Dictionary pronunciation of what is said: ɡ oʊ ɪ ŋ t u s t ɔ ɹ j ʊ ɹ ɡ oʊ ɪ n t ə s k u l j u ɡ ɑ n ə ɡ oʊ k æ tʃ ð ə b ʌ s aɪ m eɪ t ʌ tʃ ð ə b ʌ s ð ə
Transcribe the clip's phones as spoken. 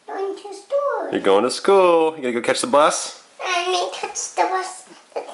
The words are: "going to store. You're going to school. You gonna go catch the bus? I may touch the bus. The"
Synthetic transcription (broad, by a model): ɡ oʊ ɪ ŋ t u s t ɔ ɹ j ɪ ɡ oʊ ɪ n t ə s k u l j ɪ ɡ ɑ ə ɡ oʊ k æ tʃ ð ə b ʌ s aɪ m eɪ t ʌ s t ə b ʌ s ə